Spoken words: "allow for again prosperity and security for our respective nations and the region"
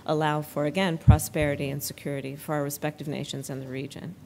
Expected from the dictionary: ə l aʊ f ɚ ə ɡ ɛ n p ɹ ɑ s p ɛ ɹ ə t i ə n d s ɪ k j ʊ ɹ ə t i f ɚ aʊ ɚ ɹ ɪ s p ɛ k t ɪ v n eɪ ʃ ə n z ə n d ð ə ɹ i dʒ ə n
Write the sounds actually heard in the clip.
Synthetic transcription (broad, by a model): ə l aʊ f ɚ ə ɡ ɛ n p ɹ ɑ s p ɛ ɹ ə t i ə n s ɪ k j ʊ ɹ ə t i f ɚ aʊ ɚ ɹ ɪ s p ɛ k t ɪ v n eɪ ʃ ə n z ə n ð ə ɹ i dʒ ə n